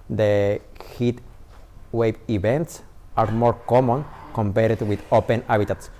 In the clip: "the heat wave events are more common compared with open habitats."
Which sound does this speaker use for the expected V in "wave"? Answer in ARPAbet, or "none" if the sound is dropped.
B